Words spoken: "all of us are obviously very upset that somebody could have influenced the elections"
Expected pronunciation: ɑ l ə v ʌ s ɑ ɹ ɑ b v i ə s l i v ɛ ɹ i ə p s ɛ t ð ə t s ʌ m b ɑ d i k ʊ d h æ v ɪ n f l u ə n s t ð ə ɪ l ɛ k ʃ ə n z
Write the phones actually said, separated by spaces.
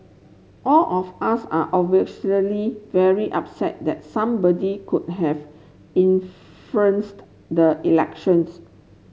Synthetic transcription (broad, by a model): ɑ l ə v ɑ s ɑ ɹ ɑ v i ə l i v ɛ ɹ i ə p s ɛ t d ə t s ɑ m b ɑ d i k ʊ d h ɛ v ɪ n f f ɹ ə n s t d ə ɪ l ɛ k ʃ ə n s